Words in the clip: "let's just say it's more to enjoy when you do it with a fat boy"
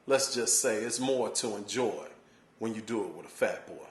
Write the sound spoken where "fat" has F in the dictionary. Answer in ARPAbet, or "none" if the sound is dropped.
F